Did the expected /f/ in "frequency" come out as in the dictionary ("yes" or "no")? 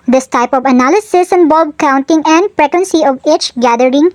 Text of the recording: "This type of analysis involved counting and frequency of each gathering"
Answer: no